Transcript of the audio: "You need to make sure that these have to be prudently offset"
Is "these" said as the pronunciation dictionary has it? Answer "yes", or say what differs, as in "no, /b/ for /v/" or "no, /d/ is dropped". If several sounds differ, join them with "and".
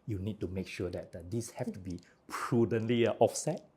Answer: no, /s/ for /z/